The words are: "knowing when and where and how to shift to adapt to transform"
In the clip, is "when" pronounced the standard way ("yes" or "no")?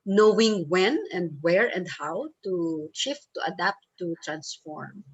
yes